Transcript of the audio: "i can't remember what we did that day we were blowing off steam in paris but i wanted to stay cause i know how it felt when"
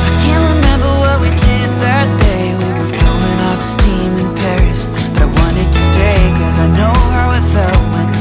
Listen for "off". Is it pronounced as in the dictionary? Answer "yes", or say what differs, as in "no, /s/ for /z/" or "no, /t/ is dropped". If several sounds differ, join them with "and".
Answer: no, /p/ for /f/